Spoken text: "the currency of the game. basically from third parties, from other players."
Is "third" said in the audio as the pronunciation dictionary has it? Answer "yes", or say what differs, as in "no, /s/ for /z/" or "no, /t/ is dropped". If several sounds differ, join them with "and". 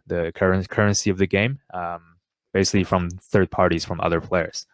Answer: yes